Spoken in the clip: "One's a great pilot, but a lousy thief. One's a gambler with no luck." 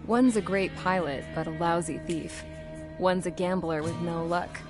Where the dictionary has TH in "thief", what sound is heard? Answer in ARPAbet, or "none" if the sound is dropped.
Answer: TH